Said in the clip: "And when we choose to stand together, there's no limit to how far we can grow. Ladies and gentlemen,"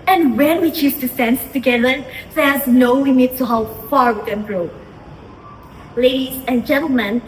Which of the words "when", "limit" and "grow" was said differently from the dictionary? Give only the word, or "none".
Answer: limit